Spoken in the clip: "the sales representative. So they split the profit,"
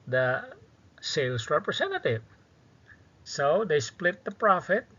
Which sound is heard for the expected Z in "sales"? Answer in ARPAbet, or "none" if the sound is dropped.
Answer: S